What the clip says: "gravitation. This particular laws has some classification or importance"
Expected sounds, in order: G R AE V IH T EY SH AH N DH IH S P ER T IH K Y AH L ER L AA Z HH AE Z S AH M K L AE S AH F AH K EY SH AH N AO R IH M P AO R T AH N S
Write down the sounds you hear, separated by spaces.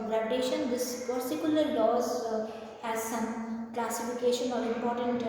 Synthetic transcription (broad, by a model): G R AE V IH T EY SH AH N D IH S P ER S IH K Y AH L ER L AA Z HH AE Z S AH M K L AE S AH F AH K EY SH AH N AO R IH M P AO R T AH N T